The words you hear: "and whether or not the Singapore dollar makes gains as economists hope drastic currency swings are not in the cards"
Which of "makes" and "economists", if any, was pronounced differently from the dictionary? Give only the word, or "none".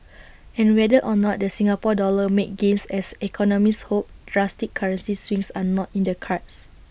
makes